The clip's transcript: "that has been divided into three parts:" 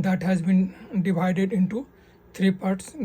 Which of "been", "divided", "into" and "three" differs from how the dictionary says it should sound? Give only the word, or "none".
three